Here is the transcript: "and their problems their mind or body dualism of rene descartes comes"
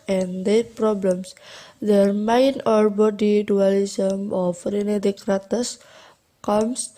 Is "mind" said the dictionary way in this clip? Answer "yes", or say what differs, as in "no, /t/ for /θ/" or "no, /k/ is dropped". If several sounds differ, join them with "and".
no, /d/ is dropped